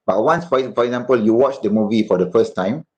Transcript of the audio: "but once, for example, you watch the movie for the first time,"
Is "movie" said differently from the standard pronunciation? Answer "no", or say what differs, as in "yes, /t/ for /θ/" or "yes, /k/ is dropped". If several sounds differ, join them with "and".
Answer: no